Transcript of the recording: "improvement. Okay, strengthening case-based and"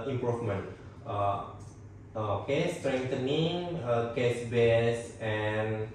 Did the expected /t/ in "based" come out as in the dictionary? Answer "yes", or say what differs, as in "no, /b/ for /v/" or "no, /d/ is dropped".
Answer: no, /t/ is dropped